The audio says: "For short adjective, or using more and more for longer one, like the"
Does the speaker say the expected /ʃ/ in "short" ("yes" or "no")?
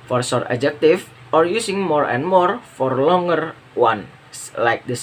no